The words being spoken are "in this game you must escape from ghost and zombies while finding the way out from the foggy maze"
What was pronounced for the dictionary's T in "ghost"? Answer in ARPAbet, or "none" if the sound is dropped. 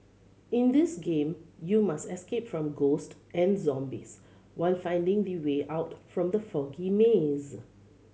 T